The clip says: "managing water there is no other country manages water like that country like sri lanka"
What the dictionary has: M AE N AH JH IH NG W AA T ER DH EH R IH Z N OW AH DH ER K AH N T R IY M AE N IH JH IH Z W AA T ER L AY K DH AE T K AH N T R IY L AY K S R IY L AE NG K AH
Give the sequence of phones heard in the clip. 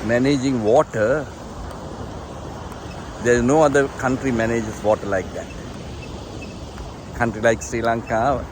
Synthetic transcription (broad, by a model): M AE N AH JH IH NG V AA T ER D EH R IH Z N OW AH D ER K AH N T R IY M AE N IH JH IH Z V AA T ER L AY K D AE T K AH N T R IY L AY K S R IY L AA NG K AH